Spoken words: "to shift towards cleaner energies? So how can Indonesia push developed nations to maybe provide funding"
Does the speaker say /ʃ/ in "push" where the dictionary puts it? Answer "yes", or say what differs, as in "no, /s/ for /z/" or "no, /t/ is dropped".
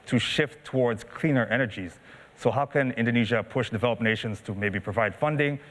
yes